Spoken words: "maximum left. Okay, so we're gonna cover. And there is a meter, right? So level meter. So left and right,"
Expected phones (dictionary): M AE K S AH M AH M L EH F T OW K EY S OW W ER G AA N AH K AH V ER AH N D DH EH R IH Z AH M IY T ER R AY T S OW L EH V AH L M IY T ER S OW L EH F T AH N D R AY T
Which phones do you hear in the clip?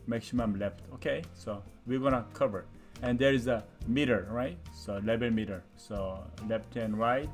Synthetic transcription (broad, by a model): M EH K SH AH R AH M L EH F T OW K EY S OW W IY G AA N AH K AH V ER AH N D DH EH R IH Z AH M IY T ER R AY T S OW L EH B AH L M IY T ER S OW L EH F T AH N R AY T